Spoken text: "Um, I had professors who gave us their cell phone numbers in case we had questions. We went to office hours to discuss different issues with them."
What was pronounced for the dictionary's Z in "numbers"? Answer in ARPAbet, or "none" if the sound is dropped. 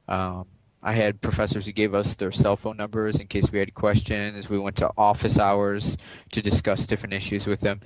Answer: Z